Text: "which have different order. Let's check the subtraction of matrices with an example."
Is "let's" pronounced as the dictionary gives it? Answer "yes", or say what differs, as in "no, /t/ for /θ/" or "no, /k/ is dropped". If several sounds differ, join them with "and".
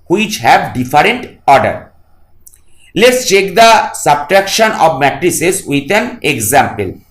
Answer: yes